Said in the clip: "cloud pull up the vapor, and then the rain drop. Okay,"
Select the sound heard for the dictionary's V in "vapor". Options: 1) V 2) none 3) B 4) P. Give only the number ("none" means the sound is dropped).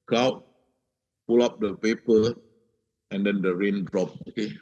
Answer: 4